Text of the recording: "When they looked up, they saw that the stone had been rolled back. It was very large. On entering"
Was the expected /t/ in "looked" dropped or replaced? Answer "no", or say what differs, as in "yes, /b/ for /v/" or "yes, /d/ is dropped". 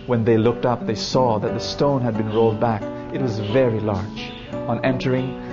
no